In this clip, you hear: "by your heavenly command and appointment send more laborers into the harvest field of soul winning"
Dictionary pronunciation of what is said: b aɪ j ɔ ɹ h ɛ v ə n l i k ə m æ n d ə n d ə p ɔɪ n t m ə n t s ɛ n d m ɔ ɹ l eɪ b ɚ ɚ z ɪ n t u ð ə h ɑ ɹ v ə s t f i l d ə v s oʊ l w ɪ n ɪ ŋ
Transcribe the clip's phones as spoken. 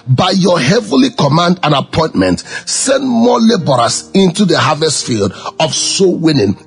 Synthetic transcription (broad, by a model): b aɪ j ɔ h ɛ v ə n l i k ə m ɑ n d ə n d ə p ɔɪ n t m ə n t s ɛ n d m ɔ l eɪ b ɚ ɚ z ɪ n t u ð ə h ɑ v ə s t f i l d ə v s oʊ w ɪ n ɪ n